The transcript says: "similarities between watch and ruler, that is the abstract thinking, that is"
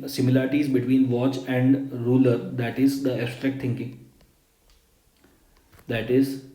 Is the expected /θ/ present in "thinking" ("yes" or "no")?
no